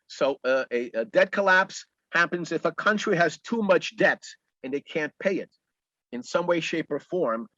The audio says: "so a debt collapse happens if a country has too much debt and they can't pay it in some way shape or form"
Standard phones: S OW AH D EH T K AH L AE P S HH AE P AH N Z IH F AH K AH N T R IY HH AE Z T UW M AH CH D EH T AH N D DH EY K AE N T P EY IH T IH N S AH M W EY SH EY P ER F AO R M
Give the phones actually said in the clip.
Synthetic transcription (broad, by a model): S OW AH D EH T K AH L AE P S HH AE P AH N Z IH F AH K AH N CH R IY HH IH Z T UW M AH CH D EH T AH N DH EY K AE N P EY IH T IH N S AH M W EY SH EY P ER F AO R M